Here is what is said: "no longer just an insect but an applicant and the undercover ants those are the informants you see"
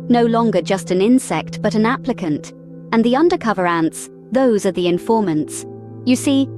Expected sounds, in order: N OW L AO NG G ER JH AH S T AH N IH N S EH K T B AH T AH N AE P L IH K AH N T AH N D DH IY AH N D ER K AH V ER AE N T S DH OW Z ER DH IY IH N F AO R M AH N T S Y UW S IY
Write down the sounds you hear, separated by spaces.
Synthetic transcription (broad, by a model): N OW L AO NG G ER JH AH S T AH N IH N S EH K T B AH T AH N AE P L IH K AH N T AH N DH IY AH N D ER K AH V ER AE N T S DH OW Z ER DH IY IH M F AO R M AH N T S Y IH S IY